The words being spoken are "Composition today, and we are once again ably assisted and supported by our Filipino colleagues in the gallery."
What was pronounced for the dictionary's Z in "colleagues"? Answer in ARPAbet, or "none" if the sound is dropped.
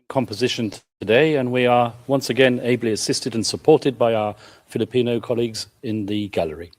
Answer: Z